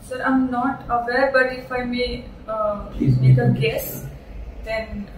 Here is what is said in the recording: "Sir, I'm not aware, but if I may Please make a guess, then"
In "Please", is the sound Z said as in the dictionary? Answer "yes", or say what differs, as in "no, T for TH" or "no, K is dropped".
no, Z is dropped